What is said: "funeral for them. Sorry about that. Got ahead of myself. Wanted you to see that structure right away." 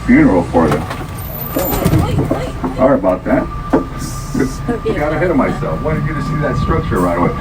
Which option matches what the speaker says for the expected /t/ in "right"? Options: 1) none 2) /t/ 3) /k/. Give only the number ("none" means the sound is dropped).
1